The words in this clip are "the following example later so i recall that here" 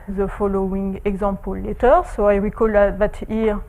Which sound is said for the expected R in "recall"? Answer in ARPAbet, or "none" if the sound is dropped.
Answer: W